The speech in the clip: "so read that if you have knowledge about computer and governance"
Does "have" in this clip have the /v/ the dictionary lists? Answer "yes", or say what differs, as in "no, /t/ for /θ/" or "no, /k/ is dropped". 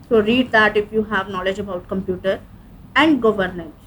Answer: yes